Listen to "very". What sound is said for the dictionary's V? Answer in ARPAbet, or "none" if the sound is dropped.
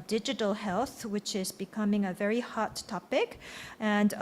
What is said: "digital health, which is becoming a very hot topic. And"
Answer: V